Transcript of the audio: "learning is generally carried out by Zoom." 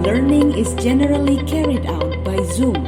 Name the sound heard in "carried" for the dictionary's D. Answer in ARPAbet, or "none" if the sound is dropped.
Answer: D